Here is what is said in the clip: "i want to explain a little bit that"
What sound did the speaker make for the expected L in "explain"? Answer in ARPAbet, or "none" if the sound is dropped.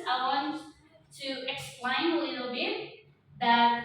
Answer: L